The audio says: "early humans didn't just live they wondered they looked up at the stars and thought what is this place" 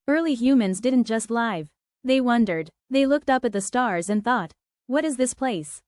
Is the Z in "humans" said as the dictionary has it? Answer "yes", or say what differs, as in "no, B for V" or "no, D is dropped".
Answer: yes